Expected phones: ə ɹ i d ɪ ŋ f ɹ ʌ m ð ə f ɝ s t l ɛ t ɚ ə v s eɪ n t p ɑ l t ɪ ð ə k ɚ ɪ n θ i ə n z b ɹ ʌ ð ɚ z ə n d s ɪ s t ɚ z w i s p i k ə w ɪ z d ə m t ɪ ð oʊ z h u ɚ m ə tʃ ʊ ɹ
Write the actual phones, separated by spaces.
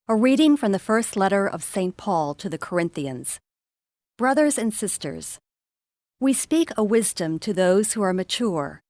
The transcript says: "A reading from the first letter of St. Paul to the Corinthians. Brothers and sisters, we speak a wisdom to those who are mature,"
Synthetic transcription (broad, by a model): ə ɹ i d ɪ ŋ f ɹ ʌ m ð ə f ɝ s t l ɛ t ɚ ə v s eɪ n p ɑ l t ɪ ð ə k ɚ ɪ n θ i ə n z b ɹ ʌ ð ɚ z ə n s ɪ s t ɚ z w i s p i k ə w ɪ z d ə m t ɪ ð oʊ z h u ɚ m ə tʃ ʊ ɹ